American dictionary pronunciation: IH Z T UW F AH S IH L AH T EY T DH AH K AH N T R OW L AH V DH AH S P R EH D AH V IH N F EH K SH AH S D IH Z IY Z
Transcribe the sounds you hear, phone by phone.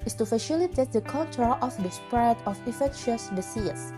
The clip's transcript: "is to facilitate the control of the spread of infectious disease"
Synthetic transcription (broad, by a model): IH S T UW F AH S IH L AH T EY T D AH K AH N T R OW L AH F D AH S P R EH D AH F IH F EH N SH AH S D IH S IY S